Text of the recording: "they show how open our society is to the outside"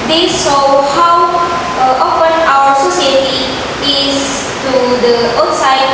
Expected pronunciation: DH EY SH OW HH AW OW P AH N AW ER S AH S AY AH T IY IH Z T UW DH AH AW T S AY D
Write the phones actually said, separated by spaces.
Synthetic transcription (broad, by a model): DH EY S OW HH AW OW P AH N AW ER S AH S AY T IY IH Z T UW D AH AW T S AY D